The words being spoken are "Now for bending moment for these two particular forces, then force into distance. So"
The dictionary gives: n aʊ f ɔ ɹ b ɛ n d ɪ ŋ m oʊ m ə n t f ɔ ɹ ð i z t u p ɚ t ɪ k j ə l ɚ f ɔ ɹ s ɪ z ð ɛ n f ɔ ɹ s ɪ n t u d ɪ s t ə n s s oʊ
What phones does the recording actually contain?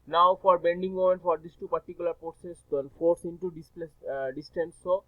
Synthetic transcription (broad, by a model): n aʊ f ɔ ɹ b ɛ n d ɪ ŋ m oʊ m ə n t f ɔ ɹ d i s t u p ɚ t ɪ k j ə l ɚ p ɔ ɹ s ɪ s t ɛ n f ɔ ɹ s ɪ n t u d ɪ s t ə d s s oʊ